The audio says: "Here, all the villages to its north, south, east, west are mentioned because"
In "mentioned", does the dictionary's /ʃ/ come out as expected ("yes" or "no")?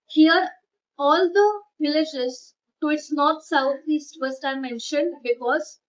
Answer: yes